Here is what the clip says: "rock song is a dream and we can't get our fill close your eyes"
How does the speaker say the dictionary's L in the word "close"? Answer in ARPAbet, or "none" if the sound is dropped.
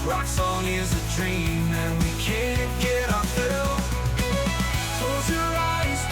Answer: none